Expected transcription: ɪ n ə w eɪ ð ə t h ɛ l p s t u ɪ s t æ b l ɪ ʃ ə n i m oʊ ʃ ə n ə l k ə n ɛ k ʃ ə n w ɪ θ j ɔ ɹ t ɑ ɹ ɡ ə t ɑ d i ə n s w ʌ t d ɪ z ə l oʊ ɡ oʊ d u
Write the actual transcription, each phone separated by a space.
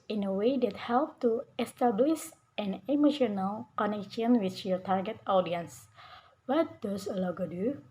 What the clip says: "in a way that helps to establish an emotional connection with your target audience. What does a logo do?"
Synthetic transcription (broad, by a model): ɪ n ə w eɪ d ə t h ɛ l p t u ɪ s t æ b l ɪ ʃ ə n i m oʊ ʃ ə n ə l k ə n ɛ k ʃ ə n w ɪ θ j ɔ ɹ t ɑ ɹ ɡ ə t ɑ d i ə n s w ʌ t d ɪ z ə l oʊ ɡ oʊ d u